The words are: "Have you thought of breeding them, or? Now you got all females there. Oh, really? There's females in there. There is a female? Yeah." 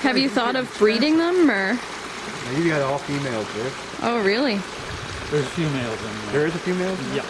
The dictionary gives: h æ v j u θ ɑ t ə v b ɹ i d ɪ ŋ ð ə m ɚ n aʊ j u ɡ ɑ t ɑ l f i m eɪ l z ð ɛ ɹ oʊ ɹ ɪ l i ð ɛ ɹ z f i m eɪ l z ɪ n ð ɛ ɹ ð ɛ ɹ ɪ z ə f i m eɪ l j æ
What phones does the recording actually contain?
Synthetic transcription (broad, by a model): h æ v j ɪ θ ɑ t ə v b ɹ i d ɪ ŋ ð ə m ɚ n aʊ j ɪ ɡ ɑ t ɑ l f i m eɪ l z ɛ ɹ oʊ ɹ ɪ l i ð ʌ ɹ z f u m eɪ l z ɪ n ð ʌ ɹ ɹ ɪ z ə f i m eɪ l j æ